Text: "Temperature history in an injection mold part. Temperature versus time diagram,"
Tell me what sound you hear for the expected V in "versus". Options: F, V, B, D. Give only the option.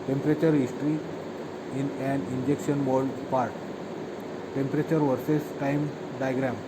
V